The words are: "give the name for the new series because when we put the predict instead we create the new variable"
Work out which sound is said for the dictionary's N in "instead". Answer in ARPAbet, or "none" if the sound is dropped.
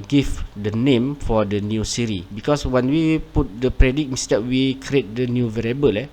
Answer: none